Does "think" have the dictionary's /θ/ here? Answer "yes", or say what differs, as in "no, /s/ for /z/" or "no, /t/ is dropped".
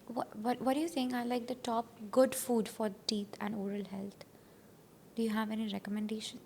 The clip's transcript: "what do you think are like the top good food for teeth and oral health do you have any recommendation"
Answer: no, /s/ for /θ/